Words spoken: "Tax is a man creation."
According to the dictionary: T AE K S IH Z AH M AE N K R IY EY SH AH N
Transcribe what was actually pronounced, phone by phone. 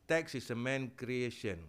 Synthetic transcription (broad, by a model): T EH K S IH S AH M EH N K R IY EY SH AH N